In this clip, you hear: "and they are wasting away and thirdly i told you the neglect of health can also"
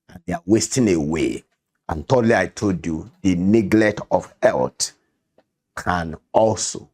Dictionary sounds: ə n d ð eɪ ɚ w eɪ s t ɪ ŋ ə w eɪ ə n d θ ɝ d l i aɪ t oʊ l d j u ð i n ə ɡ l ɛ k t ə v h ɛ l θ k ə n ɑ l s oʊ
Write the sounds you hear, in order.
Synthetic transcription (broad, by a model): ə n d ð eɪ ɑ w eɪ s t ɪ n ə w eɪ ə n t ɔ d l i aɪ t oʊ l d j u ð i n ə ɡ l ɛ k t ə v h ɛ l t k ə n ɑ l s oʊ